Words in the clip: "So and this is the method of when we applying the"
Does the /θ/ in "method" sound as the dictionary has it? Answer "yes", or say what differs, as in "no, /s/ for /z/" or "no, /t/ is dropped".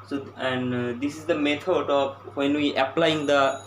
no, /t/ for /θ/